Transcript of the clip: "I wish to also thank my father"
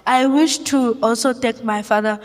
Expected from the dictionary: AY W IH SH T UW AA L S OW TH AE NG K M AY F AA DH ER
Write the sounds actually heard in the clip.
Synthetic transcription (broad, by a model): AY W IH SH T UW AA L S OW T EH K M AY F AA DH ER